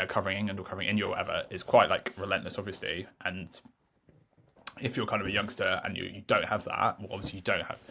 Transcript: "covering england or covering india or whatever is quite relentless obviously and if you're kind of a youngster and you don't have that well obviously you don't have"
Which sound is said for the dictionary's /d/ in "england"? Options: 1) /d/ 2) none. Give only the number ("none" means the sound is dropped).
2